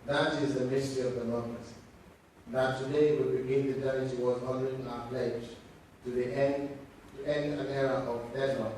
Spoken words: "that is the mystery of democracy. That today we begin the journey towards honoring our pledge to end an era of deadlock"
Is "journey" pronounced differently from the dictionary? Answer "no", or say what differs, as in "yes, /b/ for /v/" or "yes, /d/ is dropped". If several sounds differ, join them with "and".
yes, /n/ is dropped